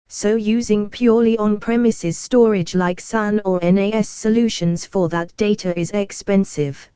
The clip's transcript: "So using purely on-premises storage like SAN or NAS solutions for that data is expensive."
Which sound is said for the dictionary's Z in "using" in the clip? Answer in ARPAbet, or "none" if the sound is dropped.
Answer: Z